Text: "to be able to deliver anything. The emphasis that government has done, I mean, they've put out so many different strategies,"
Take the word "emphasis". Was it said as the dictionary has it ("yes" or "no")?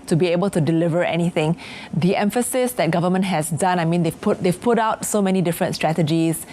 yes